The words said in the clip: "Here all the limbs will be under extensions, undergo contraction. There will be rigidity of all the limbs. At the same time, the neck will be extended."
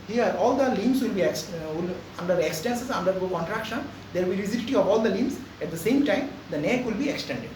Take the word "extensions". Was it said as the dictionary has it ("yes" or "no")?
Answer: no